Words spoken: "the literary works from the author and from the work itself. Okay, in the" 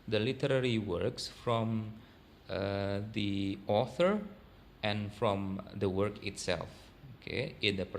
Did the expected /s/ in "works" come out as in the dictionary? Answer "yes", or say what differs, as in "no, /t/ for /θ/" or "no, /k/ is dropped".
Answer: yes